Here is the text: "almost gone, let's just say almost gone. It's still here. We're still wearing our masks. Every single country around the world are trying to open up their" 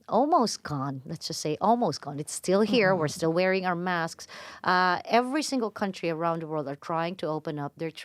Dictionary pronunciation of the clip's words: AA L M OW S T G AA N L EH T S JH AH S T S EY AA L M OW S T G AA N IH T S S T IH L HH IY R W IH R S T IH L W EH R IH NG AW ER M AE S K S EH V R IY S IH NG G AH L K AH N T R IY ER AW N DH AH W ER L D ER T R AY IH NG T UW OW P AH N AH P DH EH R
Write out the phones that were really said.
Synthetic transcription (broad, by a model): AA L M OW S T G AA N L EH T S JH AH S T S EY AA L M OW S T G AA N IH T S S T IH L HH IY R W IH R S T IH L W EH R IH NG AW ER M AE S K S EH V R IY S IH NG G AH L K AH N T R IY ER AW N DH AH W ER L D ER T R AY IH NG T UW OW P AH N AH P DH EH R